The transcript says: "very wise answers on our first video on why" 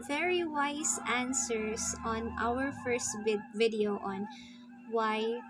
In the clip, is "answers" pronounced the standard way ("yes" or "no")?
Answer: no